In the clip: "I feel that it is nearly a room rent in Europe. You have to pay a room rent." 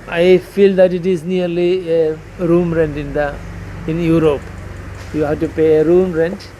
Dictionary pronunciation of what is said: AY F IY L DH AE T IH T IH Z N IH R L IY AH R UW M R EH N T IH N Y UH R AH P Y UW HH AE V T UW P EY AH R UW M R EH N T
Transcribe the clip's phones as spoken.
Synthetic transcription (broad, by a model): AY F IY L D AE T IH T IH Z N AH R L IY AH R UW M R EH N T IH N Y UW R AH P Y UW HH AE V T UW P EY AH R UW M R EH N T